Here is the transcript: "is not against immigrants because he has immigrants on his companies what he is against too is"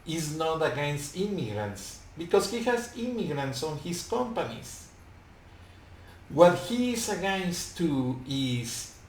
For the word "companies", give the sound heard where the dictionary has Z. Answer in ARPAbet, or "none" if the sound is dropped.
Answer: S